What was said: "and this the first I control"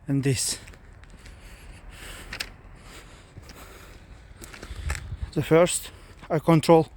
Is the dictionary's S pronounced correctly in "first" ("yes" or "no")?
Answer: yes